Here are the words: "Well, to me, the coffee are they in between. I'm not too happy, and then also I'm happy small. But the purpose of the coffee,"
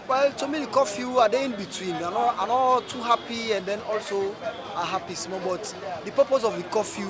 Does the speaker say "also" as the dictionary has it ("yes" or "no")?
yes